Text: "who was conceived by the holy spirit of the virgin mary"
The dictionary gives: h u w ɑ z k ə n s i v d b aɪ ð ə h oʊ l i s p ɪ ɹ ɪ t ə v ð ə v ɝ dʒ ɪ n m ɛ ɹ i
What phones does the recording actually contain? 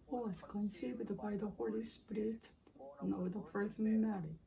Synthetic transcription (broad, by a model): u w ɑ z k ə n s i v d b aɪ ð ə h oʊ l i s p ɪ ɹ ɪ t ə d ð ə p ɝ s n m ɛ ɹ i